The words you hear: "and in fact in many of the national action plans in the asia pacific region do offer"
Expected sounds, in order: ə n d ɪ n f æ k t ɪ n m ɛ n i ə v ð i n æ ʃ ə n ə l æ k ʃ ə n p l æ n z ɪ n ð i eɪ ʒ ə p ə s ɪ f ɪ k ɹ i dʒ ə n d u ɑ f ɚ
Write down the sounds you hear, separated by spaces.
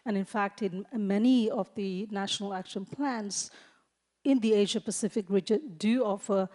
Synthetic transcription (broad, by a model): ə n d ɪ n f æ k t ɪ n m ɛ n i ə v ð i n æ ʃ ə n ə l æ k ʃ ə n p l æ n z ɪ n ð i eɪ ʒ ə p ə s ɪ f ɪ k ɹ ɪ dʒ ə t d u ɑ f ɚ